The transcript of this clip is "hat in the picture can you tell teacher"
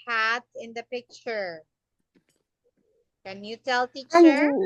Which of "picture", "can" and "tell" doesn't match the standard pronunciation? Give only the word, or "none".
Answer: none